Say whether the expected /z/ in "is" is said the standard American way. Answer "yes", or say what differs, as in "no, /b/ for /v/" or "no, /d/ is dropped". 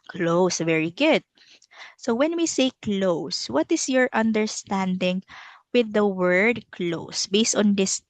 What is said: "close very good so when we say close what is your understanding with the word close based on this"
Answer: no, /s/ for /z/